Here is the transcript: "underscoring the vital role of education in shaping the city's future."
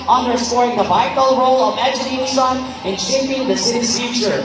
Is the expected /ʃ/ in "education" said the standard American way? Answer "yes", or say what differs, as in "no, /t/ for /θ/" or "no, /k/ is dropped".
no, /s/ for /ʃ/